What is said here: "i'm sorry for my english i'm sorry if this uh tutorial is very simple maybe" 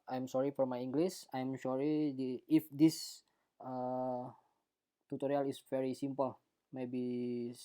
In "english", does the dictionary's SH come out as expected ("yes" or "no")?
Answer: no